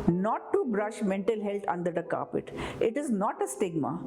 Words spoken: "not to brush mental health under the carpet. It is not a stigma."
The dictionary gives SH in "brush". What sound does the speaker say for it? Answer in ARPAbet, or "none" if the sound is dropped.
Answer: SH